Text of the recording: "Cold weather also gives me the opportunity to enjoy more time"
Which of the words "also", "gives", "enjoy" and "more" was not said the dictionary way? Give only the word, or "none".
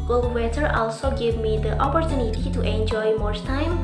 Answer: gives